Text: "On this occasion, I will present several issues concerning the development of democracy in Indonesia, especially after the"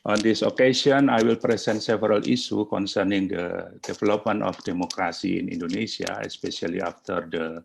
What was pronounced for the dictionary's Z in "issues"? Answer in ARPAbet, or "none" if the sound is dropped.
none